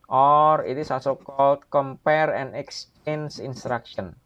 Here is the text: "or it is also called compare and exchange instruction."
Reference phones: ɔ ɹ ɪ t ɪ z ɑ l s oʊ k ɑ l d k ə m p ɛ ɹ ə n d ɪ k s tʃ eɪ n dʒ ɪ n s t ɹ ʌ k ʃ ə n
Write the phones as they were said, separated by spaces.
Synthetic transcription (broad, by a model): ɔ ɹ ɪ t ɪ s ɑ s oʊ k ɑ l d k ə m p ɛ ɹ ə n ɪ k s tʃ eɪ n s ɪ n s t ɹ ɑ k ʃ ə n